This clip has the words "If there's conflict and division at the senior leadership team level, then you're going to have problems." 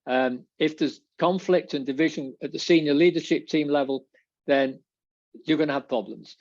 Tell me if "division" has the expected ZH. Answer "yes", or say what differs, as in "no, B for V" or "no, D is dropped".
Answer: yes